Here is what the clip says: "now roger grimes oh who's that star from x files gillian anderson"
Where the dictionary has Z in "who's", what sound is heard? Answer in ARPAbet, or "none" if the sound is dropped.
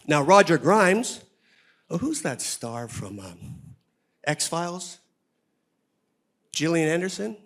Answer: Z